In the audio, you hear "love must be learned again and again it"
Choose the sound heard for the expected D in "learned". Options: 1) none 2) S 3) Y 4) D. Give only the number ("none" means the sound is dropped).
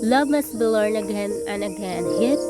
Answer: 1